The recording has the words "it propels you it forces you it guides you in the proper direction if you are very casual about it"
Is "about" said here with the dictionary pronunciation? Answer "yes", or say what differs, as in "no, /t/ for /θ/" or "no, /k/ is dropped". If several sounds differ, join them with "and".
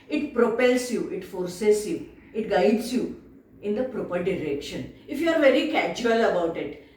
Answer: yes